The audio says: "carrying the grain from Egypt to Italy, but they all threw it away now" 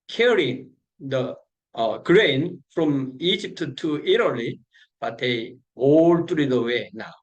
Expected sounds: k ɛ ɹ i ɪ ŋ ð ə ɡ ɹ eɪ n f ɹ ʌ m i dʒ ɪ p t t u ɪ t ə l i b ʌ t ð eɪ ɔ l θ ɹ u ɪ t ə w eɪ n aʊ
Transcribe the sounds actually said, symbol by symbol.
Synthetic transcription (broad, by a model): k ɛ ɹ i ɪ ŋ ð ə ɡ ɹ eɪ n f ɹ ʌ m i dʒ ɪ p t t u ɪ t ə l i b ʌ t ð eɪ ɔ l t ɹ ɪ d ə w eɪ n aʊ